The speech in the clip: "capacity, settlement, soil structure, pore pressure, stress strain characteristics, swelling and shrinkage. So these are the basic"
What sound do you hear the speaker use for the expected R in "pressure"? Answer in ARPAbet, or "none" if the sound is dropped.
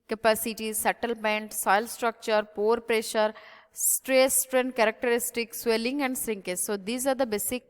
R